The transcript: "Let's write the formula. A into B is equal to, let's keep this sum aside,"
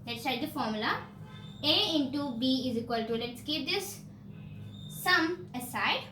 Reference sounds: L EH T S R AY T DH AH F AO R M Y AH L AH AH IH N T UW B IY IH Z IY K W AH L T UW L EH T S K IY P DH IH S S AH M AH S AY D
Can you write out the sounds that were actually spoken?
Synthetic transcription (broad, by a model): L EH T S L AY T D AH F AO R M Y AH L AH AH IH N T UW B IY IH Z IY K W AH L T UW L EH T S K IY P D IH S S AH M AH S AY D